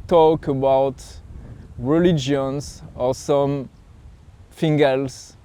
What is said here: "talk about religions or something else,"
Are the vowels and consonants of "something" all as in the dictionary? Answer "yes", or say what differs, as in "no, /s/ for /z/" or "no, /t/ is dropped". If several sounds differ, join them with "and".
no, /f/ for /θ/